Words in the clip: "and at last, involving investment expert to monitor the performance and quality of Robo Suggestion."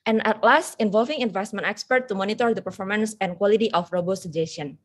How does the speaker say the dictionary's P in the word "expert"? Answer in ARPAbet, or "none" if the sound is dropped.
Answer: P